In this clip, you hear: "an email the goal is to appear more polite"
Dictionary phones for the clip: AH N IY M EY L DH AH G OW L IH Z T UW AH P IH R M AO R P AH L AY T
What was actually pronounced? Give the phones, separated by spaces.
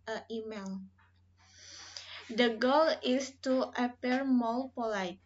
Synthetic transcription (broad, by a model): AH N IY M EY L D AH G OW L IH S T UW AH P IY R M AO L P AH L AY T